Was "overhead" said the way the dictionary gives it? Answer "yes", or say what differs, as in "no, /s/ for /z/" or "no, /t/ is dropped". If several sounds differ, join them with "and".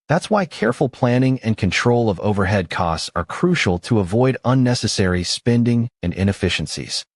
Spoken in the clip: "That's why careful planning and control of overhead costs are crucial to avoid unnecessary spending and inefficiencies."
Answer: yes